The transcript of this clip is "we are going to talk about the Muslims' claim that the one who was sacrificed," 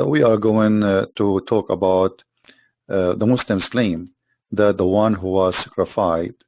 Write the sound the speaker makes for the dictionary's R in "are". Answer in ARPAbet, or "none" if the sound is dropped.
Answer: R